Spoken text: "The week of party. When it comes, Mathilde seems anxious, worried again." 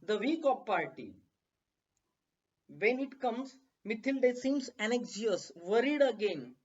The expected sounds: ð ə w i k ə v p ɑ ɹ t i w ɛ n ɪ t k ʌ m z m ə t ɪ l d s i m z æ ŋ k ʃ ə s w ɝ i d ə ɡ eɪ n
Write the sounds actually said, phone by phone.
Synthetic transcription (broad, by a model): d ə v i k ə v p ɑ ɹ t i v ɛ n ɪ t k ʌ m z m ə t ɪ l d s i m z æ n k s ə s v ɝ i d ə ɡ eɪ n